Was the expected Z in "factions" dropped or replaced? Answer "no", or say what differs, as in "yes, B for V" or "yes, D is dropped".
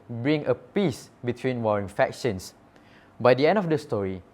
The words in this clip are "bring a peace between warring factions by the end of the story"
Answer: yes, S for Z